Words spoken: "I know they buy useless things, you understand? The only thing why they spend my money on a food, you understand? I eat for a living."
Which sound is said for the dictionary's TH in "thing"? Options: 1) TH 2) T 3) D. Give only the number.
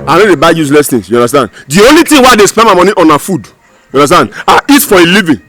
2